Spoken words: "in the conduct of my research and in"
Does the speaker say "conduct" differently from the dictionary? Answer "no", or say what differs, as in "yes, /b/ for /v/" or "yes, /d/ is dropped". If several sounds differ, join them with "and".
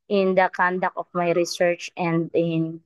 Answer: yes, /t/ is dropped